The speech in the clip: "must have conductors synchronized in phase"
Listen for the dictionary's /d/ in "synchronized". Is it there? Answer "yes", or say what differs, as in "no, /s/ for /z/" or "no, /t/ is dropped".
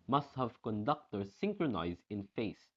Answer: yes